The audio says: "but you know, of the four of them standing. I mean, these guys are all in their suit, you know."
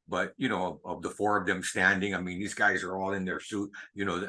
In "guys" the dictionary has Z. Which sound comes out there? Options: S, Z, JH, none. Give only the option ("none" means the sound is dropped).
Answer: Z